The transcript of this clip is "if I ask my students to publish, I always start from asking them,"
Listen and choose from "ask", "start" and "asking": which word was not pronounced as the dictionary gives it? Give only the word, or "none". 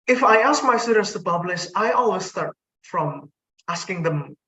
none